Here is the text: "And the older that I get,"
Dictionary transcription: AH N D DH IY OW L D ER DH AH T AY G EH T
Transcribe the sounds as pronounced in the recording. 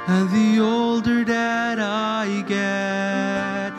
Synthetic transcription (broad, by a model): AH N DH IY OW L D ER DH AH T AY G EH T